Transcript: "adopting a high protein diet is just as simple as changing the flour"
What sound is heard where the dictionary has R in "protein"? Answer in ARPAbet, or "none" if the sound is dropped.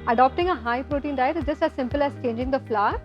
R